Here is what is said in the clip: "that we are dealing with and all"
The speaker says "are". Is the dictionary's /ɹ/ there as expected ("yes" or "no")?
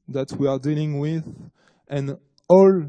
yes